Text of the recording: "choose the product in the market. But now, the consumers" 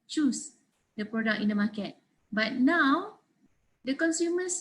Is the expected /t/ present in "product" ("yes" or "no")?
no